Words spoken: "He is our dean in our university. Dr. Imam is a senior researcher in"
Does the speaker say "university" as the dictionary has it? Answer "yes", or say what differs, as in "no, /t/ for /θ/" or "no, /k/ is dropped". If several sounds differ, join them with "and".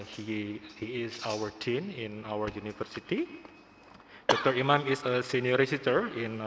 no, /f/ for /v/